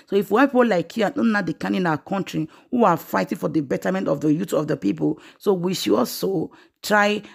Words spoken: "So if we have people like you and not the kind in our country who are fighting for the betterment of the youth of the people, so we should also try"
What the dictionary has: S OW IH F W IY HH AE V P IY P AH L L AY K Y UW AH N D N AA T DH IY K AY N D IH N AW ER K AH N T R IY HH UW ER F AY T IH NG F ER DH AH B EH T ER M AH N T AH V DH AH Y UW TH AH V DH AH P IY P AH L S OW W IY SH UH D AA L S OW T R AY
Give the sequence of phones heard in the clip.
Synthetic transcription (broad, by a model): S OW IH F W IY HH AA P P IY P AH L L AY K Y UW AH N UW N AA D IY K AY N IH N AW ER K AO N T R IY HH UW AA F AY T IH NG F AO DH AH B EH T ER M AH N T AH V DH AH Y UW T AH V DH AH P IY P AH L S OW W IY SH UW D AA L S OW T R AY